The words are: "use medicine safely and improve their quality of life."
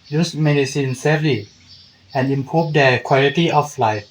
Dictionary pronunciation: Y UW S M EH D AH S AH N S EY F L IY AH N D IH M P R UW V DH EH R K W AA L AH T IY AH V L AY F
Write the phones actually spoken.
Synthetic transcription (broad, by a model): Y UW S M EH D AH S AH N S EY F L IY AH N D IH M P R UW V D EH K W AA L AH T IY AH F L AY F